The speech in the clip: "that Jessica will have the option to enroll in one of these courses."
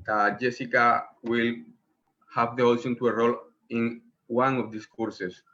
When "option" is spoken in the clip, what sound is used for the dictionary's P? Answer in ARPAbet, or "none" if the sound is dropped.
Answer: none